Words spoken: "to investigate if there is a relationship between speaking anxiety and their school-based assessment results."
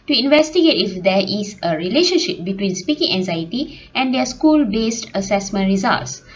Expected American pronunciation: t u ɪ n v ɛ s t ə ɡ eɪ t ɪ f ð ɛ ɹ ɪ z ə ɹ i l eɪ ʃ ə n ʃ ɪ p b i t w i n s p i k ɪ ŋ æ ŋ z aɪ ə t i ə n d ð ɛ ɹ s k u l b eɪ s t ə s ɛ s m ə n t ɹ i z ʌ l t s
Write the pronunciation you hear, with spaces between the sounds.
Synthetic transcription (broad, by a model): t u ɪ n v ɛ s t ə ɡ eɪ t ɪ f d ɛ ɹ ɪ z ə ɹ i l eɪ ʃ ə n ʃ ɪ p b i t w i n s p i k ɪ ŋ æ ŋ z aɪ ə t i ə n d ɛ s k u l b eɪ s t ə s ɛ s m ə n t ɹ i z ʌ l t s